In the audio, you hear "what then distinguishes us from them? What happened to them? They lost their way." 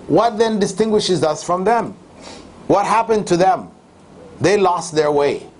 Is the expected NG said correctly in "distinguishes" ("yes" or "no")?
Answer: yes